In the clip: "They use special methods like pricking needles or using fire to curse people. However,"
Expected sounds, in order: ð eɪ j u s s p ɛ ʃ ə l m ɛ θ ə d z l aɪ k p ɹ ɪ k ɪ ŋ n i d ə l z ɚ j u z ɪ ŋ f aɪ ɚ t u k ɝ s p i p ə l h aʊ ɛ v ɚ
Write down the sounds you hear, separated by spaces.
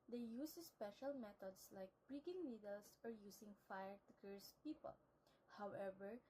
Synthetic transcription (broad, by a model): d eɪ j u s s p ɛ ʃ ə l m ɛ t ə d s l aɪ k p ɹ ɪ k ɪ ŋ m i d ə l s ɚ j u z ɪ ŋ f aɪ ɚ t u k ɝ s p i p ə l h aʊ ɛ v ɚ